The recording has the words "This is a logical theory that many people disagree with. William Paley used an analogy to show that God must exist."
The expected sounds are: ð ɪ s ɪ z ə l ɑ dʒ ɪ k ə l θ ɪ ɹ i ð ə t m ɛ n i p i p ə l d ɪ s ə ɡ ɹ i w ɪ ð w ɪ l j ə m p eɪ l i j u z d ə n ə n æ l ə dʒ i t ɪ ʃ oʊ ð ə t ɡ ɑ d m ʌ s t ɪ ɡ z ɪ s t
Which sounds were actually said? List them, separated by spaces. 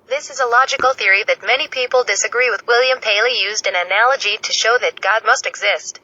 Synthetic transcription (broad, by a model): ð ɪ s ɪ z ə l ɑ dʒ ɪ k l θ ɪ ɹ i ð ə t m ɛ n i p i p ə l d ɪ s ə ɡ ɹ i w ɪ ð w ɪ l j ə m p eɪ l i j u z d ə n ə n æ l ə dʒ i t ɪ ʃ oʊ ð ə t ɡ ɑ d m ʌ s t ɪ ɡ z ɪ s t